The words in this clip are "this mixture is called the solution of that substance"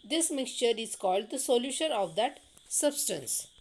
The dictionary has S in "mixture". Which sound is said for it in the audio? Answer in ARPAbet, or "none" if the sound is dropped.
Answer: S